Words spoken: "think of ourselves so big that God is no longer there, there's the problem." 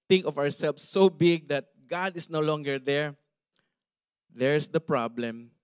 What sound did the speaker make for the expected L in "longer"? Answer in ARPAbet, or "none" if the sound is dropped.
L